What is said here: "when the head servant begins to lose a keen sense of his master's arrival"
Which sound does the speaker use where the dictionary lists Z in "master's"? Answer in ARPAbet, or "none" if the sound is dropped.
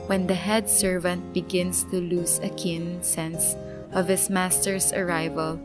S